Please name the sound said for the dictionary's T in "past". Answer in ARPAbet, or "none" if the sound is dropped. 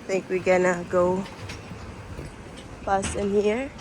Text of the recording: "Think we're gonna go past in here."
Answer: none